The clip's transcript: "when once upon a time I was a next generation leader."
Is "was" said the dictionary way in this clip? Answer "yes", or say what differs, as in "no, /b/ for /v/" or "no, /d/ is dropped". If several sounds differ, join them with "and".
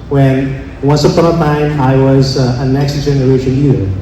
yes